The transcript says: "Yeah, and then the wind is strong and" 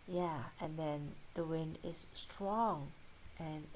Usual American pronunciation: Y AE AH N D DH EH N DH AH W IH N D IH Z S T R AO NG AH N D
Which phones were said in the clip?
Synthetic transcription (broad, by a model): Y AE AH N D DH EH N DH AH W IH N D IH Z S T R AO NG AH N